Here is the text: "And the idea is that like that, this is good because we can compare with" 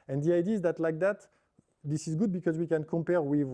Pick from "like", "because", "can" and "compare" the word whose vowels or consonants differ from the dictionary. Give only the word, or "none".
none